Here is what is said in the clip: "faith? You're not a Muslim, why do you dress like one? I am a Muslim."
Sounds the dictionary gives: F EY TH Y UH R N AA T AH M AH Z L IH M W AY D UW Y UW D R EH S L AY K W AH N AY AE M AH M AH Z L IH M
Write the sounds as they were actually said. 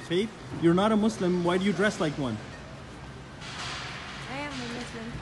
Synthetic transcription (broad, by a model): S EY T Y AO R N AA T AH M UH S L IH M W AY D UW Y UW D R EH S L AY K W AH N AY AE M AH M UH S L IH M